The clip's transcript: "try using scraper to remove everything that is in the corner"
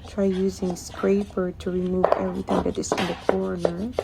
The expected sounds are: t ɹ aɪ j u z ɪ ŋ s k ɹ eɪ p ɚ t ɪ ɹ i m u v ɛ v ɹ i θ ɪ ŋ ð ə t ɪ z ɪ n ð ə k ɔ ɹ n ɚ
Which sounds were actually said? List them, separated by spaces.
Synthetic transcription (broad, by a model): t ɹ aɪ j u z ɪ ŋ s k ɹ eɪ p ɚ t ɪ ɹ i m u v ɛ v ɹ i θ ɪ ŋ ð ə t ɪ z ɪ n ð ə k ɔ ɹ n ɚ